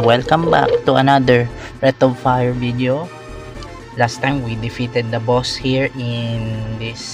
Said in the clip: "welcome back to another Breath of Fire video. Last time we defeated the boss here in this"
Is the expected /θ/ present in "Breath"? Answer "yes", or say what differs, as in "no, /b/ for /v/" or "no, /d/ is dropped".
no, /t/ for /θ/